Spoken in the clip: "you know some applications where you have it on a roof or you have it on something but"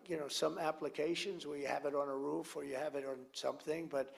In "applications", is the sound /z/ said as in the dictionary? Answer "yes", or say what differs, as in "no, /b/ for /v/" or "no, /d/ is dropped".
yes